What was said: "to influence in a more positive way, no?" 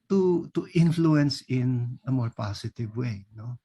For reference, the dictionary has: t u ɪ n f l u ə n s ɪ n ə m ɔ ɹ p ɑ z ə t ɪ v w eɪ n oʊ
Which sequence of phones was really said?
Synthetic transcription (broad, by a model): t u ɪ n f l u ə n s ɪ n ə m ɔ ɹ p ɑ s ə t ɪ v w eɪ n oʊ